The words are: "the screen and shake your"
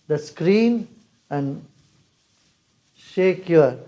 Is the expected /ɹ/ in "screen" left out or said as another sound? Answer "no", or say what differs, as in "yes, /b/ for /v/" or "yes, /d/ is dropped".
no